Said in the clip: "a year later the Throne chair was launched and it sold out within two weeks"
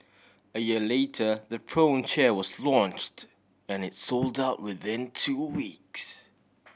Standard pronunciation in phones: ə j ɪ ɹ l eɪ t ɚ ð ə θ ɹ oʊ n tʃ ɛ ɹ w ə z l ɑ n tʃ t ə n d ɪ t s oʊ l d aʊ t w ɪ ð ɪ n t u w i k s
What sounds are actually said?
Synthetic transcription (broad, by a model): ə j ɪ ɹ l eɪ t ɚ ð ə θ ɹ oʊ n tʃ ɛ ɹ w ə z l ɑ n tʃ t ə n ɪ t s oʊ l d aʊ t w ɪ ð ɪ n t u w i k s